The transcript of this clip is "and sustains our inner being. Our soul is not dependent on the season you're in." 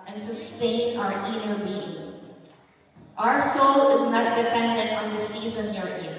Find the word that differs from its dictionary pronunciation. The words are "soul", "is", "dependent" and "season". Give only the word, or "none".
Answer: none